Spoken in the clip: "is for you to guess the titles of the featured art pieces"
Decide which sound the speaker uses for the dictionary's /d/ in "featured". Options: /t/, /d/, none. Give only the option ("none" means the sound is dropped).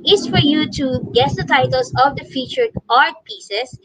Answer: none